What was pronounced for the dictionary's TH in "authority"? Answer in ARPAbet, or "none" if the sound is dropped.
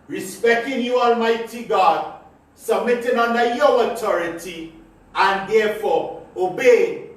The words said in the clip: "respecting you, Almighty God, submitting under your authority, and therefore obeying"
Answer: T